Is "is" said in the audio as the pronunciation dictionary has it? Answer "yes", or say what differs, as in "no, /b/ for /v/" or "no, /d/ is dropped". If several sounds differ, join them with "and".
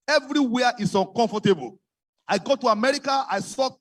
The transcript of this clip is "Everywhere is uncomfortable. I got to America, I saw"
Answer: no, /s/ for /z/